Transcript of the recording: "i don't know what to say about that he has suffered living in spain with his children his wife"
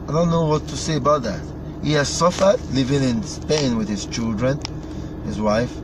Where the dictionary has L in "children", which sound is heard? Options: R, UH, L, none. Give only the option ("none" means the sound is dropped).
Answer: L